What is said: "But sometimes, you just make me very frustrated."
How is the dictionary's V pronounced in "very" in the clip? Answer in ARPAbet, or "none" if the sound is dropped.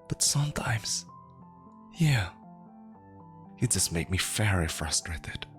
F